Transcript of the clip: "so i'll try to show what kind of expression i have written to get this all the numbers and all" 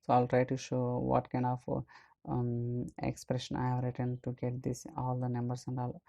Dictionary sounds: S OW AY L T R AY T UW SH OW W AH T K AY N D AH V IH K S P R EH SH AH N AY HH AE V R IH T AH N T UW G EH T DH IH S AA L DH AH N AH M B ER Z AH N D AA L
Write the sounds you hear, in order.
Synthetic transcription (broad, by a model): S OW AY L T R AY T UW SH OW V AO T K AY N D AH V IH K S P R EH SH AH N AY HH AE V R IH T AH N T UW G EH T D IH S AA L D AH N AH M B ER S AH N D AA L